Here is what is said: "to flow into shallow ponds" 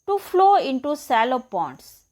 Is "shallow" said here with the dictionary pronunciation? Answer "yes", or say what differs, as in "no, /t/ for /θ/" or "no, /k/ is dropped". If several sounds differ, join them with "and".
no, /s/ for /ʃ/